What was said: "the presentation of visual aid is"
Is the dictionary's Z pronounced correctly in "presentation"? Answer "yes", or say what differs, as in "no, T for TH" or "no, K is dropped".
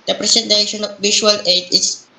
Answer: no, S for Z